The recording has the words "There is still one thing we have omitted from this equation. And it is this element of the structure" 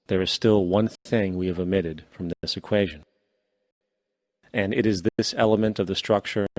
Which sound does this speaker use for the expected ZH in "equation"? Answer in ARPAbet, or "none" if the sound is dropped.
ZH